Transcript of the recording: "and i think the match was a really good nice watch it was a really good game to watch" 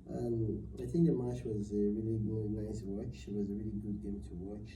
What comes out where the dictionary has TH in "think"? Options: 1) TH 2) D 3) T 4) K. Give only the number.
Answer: 1